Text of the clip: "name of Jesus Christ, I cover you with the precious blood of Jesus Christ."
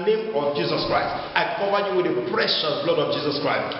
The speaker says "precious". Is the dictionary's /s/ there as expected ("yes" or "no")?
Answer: no